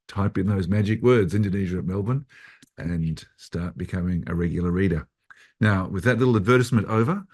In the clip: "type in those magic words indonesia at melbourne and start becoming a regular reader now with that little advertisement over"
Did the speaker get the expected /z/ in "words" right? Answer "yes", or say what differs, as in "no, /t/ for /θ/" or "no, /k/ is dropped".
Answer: yes